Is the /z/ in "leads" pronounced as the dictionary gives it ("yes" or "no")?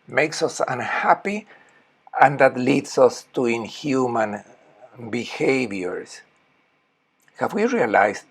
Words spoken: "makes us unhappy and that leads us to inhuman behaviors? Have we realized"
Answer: no